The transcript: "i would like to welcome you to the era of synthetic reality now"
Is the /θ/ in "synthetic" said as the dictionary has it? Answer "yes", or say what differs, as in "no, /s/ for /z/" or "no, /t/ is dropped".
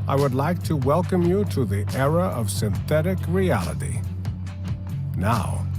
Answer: yes